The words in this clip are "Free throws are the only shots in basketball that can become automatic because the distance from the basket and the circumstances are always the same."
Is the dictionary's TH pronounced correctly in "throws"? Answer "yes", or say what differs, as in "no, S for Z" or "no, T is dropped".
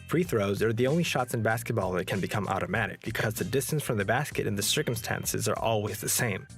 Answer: yes